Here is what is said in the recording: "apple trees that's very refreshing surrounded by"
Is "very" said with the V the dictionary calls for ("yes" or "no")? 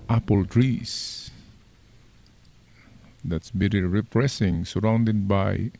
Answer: no